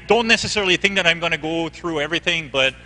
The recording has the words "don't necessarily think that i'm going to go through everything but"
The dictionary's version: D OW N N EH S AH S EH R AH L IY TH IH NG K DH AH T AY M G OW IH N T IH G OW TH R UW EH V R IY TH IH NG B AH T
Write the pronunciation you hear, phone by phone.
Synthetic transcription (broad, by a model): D OW N N EH S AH S EH R L IY TH IH NG K DH AH T AY M G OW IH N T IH G OW TH R UW EH V R IY TH IH NG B AH T